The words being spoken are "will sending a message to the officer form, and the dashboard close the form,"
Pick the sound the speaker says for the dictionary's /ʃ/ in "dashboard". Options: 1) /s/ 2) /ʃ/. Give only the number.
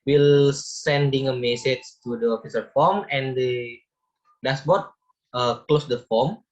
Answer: 1